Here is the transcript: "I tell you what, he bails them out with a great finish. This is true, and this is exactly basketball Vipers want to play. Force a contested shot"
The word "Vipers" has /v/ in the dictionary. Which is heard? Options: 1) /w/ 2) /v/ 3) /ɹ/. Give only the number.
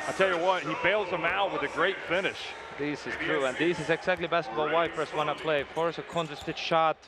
1